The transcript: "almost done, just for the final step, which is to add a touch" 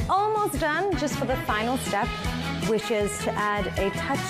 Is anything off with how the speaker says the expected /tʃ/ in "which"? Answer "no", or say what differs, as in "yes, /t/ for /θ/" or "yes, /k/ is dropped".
yes, /ʃ/ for /tʃ/